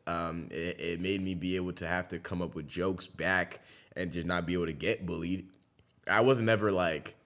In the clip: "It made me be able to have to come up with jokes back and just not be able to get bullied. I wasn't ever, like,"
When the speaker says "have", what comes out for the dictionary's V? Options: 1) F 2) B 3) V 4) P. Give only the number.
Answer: 1